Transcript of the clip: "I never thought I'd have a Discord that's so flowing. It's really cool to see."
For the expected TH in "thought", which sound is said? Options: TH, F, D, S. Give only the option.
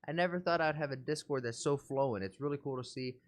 TH